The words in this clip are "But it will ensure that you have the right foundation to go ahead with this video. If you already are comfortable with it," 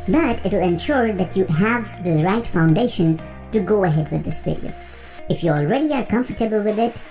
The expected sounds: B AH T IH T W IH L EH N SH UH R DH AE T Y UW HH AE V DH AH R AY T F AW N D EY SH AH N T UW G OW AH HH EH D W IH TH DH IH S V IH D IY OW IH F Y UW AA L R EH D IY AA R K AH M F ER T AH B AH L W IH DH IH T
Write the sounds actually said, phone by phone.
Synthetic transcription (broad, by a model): B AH T IH T W IH L EH N SH UH R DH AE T Y UW HH AE V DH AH R AY T F AW N D EY SH AH N T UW G OW AH HH EH D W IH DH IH S F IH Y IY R IH F Y UW AA L R EH D IY AA R K AH M F ER T AH B AH L W IH DH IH T